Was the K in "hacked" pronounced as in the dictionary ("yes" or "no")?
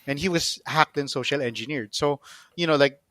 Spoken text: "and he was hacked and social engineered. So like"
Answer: yes